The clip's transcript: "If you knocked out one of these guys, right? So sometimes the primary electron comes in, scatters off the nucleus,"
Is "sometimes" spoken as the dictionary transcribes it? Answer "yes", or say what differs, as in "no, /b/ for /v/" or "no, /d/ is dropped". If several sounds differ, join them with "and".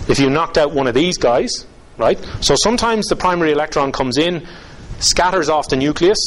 yes